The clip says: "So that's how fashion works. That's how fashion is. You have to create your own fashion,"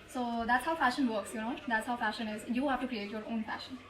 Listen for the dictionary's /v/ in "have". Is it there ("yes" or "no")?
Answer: no